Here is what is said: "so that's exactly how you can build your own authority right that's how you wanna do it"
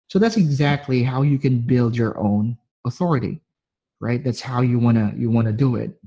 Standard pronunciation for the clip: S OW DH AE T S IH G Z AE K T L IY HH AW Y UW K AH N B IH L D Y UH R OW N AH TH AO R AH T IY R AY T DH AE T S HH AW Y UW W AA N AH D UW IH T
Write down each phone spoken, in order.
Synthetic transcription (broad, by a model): S OW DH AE T S IH G Z AE K T L IY HH AW Y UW K AH N B IH L D Y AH R OW N AH TH AO R AH T IY R AY T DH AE T S HH AW Y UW W AA N AH D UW IH T